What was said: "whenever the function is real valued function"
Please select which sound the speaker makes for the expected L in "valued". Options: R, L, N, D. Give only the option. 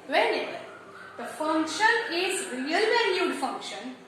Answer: N